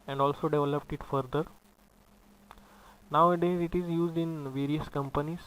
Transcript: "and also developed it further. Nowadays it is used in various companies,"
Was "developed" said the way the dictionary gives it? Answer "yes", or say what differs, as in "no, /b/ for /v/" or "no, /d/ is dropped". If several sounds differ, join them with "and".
yes